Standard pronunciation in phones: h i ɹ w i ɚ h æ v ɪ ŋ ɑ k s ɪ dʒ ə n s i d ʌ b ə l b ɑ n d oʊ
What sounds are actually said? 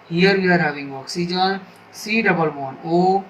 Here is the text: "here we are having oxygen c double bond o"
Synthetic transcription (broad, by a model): h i ɹ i ɚ h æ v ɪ ŋ ɑ k s ɪ dʒ ə n s i d ʌ b ə l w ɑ n oʊ